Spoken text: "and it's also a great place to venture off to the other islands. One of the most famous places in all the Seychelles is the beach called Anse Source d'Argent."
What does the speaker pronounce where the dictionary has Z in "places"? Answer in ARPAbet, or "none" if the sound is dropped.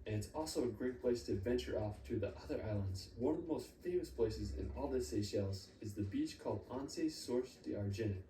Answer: Z